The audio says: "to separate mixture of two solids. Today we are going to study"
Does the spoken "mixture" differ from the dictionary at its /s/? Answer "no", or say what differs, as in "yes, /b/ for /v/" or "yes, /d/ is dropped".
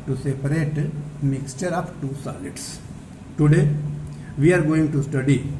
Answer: no